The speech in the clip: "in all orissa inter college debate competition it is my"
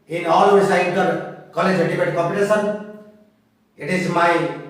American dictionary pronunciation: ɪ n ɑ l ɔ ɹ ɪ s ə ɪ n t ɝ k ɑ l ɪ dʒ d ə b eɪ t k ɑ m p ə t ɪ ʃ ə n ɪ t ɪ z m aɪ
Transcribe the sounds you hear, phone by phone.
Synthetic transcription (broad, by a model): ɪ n ɑ l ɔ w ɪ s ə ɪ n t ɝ k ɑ l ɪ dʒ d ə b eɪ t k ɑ p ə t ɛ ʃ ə n ɪ t ɪ z m aɪ